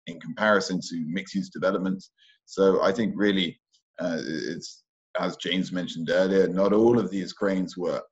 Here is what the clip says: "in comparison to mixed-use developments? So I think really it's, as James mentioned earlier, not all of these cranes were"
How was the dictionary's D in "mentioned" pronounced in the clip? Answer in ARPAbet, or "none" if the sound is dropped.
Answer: D